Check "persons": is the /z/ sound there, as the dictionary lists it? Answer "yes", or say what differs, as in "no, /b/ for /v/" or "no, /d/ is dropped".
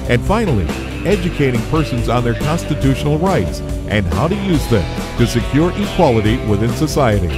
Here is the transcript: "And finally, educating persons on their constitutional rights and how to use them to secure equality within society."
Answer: yes